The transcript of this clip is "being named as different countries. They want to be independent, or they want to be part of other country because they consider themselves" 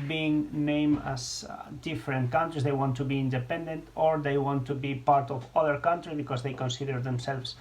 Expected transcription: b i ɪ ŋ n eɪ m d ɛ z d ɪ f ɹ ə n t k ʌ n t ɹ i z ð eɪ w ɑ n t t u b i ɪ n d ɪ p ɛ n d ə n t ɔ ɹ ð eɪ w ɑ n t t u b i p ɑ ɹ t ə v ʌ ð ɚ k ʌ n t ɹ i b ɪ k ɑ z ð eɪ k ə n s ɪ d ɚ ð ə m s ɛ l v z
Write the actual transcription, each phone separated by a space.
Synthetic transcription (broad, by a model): b i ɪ ŋ n eɪ m ɑ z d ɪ f ɹ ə n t k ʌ n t ɹ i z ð eɪ w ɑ n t t u b i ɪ n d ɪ p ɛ n d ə n t ɔ ɹ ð eɪ w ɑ n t t u b i p ɑ ɹ t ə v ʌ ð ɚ k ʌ n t ɹ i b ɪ k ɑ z ð eɪ k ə n s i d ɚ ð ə m s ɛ l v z